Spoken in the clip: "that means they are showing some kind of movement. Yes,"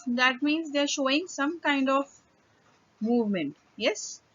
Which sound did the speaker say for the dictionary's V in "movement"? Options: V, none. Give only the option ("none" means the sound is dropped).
V